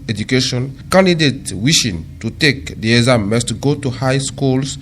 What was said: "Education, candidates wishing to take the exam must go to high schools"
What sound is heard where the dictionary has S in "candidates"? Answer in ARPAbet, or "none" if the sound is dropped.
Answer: none